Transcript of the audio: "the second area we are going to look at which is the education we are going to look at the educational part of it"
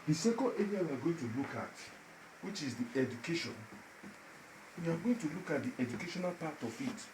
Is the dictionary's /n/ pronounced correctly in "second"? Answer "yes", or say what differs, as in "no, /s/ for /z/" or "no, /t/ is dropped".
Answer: no, /l/ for /n/